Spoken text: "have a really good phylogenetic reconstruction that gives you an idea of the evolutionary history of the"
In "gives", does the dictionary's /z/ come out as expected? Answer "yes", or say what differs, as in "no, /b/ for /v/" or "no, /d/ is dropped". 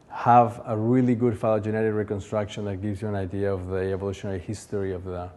yes